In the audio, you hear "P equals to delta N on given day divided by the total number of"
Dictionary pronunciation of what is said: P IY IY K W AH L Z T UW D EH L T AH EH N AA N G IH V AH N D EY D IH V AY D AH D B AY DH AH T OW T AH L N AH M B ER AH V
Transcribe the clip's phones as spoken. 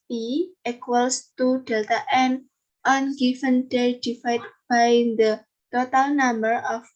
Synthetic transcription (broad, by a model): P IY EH K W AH L S T UW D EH L T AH EH N AA N G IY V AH N D EY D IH F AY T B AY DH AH T OW T AH L N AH M B ER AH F